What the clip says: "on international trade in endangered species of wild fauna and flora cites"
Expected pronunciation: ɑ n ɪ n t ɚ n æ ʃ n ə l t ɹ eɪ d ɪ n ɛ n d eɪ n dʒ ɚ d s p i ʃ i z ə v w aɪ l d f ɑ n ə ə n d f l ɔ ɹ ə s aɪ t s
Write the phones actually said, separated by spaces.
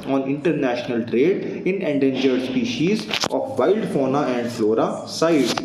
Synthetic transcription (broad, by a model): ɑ n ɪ n t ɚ n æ ʃ n ə l t ɹ eɪ d ɪ n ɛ n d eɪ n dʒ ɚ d s p i ʃ i z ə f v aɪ l d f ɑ n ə ə n d f l ɔ ɹ ə s aɪ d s